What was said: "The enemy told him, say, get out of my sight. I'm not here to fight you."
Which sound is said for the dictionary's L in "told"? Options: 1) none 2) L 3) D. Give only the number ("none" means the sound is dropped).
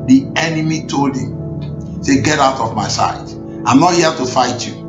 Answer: 2